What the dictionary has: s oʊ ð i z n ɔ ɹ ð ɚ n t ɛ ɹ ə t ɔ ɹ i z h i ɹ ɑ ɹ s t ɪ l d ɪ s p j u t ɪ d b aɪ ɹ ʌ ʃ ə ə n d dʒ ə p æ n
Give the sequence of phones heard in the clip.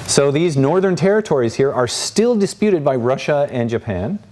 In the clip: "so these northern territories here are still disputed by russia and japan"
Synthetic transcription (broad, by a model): s oʊ ð i z n ɔ ɹ ð ɚ n t ɛ ɹ ə t ɔ ɹ i z h i ɹ ɑ ɹ s t ɪ l d ɪ s p j u t ɪ d b aɪ ɹ ʌ ʃ ə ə n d dʒ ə p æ n